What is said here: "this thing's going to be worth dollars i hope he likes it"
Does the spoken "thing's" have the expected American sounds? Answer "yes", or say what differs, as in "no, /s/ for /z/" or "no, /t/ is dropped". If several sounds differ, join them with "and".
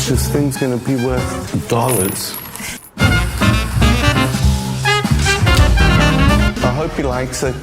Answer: yes